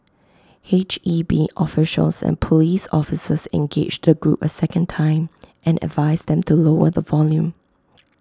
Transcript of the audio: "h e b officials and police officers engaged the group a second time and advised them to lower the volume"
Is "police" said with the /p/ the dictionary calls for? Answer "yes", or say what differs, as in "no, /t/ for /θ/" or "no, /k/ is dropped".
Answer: yes